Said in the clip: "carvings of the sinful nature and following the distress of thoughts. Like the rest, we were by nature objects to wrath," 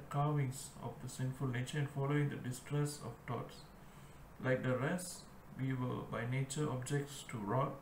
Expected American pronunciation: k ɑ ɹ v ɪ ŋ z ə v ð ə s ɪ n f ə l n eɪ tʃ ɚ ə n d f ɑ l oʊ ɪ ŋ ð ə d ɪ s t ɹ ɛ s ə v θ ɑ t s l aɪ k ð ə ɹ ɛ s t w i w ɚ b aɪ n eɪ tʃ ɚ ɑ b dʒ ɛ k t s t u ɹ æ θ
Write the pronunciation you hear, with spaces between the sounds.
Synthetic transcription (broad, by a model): k ɑ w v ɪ ŋ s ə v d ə s ɪ n f ə l n eɪ tʃ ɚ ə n f ɑ l oʊ ɪ ŋ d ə d ɪ s t ɹ ɛ s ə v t ɑ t s l aɪ k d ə ɹ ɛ s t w i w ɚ b aɪ n eɪ tʃ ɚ ɑ b dʒ ɛ k t s t u ɹ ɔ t